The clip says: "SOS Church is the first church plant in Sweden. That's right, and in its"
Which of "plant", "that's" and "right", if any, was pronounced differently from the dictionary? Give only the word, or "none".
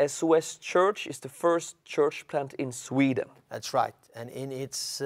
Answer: none